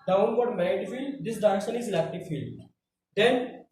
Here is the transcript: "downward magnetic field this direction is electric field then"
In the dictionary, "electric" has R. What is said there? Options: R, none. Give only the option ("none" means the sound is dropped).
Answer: none